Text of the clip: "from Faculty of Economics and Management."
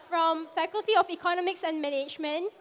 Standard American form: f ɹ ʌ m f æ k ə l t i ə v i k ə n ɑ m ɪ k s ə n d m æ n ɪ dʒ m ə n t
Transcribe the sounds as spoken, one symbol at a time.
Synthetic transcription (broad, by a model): f ɹ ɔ m f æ k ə l t i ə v i k ə n ɑ m ɪ k s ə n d m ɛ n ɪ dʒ m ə n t